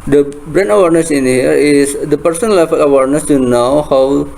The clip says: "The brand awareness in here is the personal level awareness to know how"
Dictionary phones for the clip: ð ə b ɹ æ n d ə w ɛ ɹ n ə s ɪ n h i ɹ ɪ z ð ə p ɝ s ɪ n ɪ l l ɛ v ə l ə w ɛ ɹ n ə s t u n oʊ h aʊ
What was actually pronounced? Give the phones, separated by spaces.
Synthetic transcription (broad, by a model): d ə b ɹ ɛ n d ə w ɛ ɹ n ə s ɪ n h i ɹ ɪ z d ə p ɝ s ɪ n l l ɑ f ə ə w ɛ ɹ n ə s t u n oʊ h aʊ